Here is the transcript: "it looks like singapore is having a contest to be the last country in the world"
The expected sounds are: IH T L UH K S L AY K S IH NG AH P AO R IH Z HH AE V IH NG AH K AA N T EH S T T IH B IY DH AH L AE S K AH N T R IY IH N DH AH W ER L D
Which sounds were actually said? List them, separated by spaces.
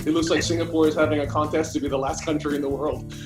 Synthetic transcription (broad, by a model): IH T L UH K S L AY K S IH NG AH P AO R IH Z HH AE V IH NG AH K AA N T EH S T T IH B IY DH AH L AE S K AH N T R IY IH N DH AH W ER L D